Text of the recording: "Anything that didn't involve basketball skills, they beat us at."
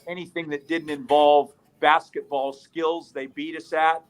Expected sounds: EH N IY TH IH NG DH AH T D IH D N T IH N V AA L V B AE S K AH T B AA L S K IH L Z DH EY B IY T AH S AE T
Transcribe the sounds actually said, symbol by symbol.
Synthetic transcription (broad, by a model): EH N IY TH IH NG DH AH T D IH D N T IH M V AA L V B AE S K AH T B AA L S K IH L Z DH EY B IY T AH S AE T